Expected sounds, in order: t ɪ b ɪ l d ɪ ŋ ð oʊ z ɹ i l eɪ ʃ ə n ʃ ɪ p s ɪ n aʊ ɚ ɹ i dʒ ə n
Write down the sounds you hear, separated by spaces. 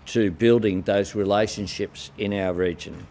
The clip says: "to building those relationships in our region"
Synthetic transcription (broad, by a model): t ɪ b ɪ l d ɪ ŋ ð oʊ z ɹ i l eɪ ʃ ə n ʃ ɪ p s ɪ n aʊ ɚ ɹ i dʒ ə n